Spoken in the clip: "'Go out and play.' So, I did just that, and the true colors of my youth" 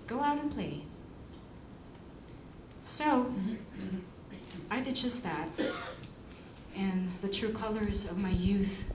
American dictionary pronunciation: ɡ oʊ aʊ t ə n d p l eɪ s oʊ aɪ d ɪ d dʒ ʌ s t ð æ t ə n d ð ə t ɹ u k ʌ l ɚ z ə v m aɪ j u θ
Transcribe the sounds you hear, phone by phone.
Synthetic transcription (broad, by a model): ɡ oʊ aʊ t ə n p l eɪ s oʊ aɪ d ɪ d dʒ ʌ s t ð æ t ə n ð ə t ɹ u k ʌ l ɚ z ə v m aɪ j u θ